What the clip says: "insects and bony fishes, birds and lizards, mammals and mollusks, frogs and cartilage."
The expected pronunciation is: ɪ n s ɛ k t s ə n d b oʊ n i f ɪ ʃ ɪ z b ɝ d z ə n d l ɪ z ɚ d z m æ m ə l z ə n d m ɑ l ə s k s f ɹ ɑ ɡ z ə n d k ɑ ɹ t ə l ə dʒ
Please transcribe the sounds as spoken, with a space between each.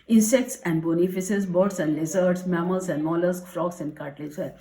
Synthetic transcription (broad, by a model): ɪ n s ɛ k t s ə n d b oʊ n i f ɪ s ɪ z b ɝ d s ə n d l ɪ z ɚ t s m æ m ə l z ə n d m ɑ l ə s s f ɹ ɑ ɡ s ə n d k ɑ ɹ t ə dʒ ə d